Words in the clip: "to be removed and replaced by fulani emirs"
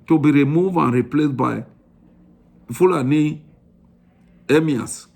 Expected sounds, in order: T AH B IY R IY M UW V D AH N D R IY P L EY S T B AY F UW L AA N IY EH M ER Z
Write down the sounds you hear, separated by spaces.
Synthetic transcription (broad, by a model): T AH B IY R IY M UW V AH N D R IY P L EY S B AY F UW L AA N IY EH M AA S